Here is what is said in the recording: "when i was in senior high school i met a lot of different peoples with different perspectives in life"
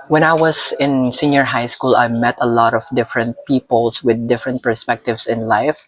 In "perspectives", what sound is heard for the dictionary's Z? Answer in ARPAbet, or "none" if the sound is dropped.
S